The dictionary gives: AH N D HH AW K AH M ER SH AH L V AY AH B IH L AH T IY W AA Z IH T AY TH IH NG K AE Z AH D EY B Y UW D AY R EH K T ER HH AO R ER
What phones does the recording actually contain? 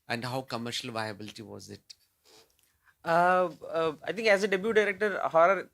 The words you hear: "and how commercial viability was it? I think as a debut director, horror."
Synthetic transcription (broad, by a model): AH N D HH AW K AH M ER SH AH L V AY AH B IH L AH T IY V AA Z IH T AY T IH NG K AE Z AH D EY B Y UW D AY R EH K T ER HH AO R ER